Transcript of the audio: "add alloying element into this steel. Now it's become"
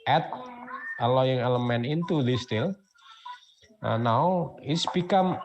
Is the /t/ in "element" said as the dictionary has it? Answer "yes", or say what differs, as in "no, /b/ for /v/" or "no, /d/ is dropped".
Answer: no, /t/ is dropped